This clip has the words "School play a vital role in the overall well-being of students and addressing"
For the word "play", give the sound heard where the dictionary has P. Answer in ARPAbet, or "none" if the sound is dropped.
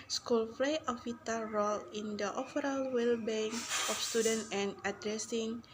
F